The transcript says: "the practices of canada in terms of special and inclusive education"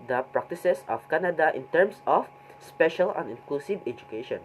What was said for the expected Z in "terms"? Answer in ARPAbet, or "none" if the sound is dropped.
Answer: S